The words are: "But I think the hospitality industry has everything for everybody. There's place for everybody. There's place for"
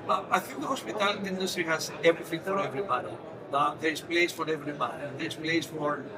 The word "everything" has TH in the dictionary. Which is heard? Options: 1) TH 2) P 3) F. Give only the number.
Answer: 3